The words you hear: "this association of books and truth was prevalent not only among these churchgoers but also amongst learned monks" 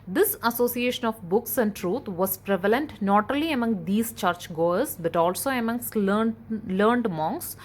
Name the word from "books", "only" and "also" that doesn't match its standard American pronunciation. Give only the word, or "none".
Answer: only